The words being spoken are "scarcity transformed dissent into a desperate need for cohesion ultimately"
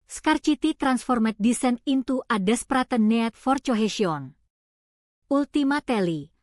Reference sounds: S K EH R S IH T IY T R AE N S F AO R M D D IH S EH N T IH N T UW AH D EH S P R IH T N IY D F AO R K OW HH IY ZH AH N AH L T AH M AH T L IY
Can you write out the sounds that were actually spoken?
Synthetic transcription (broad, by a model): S K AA R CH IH T IY T R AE N S F AO R M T D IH S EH N IH N T UW AH D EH S P R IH T N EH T F AO R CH OW HH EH SH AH N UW L T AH M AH T L IY